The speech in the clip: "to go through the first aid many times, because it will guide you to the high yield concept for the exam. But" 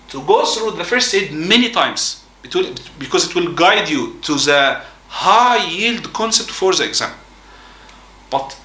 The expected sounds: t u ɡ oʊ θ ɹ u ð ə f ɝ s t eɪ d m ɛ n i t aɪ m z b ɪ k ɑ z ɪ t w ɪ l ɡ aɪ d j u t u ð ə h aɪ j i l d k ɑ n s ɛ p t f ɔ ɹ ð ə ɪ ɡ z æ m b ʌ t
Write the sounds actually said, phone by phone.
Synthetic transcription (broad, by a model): t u ɡ oʊ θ ɹ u ð ə f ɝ s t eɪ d m ɛ n i t aɪ m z b ɪ k ɑ z ɪ t w ɪ l ɡ aɪ d j u t u ð ə h aɪ j i l d k ɑ n s ɛ p t f ɔ ɹ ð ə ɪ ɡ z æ m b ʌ t